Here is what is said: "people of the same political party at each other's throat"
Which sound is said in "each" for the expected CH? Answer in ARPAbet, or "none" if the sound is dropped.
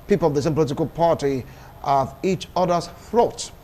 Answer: CH